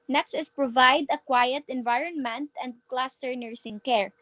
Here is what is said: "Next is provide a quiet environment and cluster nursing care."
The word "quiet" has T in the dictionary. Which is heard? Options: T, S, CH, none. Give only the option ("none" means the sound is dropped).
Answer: T